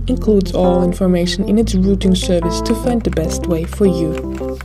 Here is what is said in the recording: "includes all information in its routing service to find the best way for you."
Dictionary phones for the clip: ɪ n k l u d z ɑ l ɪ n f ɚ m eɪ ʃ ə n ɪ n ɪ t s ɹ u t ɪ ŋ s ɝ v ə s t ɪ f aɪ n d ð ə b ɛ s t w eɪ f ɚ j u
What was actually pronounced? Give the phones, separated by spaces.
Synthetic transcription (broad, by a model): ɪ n k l u d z ɑ l ɪ n f ɚ m eɪ ʃ ə n ɪ n ɪ t s ɹ u t ɪ ŋ s ɝ v ə s t ɪ f aɪ n d ð ə b ɛ s t w eɪ f ɚ j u